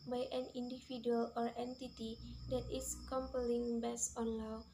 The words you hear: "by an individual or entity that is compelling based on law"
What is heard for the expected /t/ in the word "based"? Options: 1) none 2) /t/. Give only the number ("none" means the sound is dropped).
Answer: 1